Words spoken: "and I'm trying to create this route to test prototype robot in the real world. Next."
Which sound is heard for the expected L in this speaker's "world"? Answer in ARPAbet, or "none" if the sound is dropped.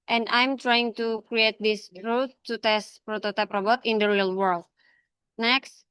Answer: L